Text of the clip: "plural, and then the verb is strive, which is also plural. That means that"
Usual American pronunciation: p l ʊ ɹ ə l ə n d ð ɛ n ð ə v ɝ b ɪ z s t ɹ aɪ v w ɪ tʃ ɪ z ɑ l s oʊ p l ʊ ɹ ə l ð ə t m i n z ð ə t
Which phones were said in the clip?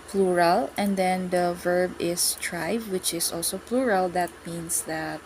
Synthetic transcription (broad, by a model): p l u ɹ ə l ə n d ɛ n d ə v ɝ b ɪ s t ɹ aɪ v w ɪ tʃ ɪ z ɑ l s oʊ p l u ɹ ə l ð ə t m i n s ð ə t